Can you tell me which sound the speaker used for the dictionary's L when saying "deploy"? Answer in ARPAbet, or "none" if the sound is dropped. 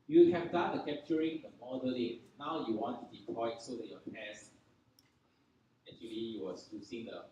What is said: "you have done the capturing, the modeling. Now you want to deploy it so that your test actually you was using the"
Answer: none